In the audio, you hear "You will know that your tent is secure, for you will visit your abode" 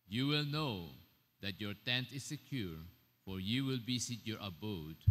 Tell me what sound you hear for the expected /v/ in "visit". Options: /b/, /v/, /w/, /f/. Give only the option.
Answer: /b/